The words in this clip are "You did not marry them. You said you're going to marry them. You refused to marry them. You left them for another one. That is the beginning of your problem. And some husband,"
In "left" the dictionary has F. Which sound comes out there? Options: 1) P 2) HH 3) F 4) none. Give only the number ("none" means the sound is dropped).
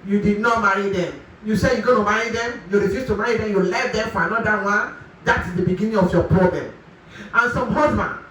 4